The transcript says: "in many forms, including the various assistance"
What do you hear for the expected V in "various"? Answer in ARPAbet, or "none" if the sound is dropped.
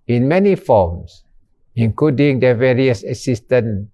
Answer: V